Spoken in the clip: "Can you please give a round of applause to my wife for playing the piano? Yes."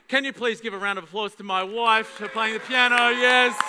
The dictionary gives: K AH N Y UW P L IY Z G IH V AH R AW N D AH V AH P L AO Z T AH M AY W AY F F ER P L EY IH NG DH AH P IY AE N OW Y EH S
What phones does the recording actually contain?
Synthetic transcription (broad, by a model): K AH N Y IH P L IY Z G IH V AH R AW N D AH V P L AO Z T AH M AY W AY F F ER P L EY IH NG DH AH P IY AE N OW Y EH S